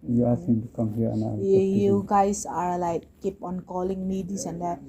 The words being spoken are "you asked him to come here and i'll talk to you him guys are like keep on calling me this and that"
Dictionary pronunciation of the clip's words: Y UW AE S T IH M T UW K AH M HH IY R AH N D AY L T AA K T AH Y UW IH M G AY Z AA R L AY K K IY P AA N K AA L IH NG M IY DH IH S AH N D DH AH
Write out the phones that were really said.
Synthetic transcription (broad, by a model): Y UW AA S IH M T UW K AH M HH IY R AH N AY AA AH Y UW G AY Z AA R L AY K K IY P AA N K AA L IH NG M IY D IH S AH N D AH